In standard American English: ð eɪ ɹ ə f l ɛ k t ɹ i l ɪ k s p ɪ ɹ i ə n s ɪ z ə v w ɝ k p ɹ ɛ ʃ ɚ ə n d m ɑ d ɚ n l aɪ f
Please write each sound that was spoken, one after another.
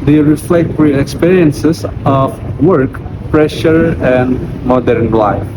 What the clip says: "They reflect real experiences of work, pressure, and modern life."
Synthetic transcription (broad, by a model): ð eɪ ɹ ə f l ɛ k t w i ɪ k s p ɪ ɹ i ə n s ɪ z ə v w ɝ k p ɹ ɛ ʃ ɚ ə n d m ɑ d ɚ n l aɪ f